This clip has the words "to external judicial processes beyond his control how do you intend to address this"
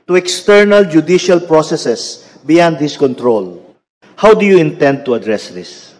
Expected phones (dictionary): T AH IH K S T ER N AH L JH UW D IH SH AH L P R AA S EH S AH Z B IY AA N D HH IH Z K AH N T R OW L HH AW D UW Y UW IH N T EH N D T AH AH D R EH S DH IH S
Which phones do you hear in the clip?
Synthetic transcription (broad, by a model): T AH IH K S T ER N AH L JH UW D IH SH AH L P R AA S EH S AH S B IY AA N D HH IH S K AH N T R OW L HH AW D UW Y UW IH N T EH N D T AH AH D R EH S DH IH S